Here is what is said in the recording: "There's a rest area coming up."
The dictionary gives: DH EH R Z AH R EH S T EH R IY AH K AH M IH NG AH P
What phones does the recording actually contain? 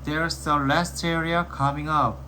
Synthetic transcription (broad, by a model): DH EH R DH AH L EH S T EH R IY AH K AH M IH NG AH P